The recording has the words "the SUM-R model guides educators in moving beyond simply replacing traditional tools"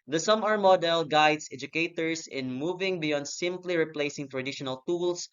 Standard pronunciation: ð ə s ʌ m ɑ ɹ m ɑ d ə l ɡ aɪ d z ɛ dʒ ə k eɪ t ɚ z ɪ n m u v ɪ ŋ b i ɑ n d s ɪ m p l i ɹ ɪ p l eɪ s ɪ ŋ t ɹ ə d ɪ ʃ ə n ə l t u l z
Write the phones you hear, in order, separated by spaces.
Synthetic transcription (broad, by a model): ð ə s ʌ m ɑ ɹ m ɑ d ə l ɡ aɪ d s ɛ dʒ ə k eɪ t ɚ s ɪ n m u v ɪ ŋ b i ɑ n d s ɪ m p l i ɹ ɪ p l eɪ s ɪ ŋ t ɹ ə d ɪ ʃ ə n ə l t u l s